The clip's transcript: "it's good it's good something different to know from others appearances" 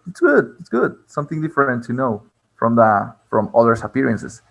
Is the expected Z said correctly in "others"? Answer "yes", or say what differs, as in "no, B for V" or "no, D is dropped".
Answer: no, S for Z